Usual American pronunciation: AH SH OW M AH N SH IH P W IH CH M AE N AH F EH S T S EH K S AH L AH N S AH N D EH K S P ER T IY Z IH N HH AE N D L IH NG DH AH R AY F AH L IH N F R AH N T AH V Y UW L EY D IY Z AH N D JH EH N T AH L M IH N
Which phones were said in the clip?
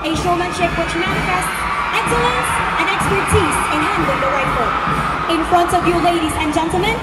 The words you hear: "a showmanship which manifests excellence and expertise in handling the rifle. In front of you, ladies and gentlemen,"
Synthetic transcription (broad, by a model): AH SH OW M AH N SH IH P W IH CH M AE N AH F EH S S EH K S AH L AH N S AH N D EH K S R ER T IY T IH N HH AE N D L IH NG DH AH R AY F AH IH N F R AH N T AH V Y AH L EY D IY Z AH N JH EH N T L M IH N